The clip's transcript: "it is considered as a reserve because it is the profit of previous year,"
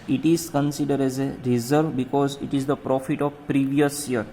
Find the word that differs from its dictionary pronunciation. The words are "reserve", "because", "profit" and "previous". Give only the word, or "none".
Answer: none